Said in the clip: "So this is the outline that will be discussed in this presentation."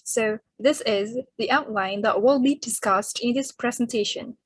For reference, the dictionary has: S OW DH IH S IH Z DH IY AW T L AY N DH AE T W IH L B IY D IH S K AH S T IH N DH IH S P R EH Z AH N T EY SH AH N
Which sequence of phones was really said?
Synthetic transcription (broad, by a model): S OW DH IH S IH Z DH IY AW T L AY N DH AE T W IH L B IY D IH S K AH S T IH N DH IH S P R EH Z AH N T EY SH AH N